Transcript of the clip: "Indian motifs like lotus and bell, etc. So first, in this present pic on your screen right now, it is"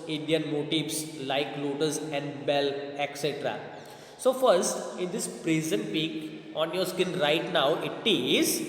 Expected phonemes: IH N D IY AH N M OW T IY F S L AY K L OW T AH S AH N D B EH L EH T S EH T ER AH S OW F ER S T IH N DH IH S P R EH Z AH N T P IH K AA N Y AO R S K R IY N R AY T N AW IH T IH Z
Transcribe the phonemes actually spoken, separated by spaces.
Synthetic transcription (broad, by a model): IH N D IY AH N M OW T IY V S L AY K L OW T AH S AH N D B EH L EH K S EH T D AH S OW F ER S T IH N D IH S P R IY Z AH N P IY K AA N Y AO R S K IH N R AY T N AW IH T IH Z